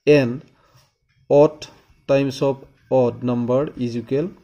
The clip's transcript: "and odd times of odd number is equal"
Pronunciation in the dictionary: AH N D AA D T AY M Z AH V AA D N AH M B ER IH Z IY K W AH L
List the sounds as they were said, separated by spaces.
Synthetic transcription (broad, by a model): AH N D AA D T AY M S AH P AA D N AH M B ER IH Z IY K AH L